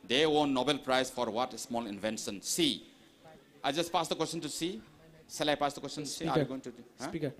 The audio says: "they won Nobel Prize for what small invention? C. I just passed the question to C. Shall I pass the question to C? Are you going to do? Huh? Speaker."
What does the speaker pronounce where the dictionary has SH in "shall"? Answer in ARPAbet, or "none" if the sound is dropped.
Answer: S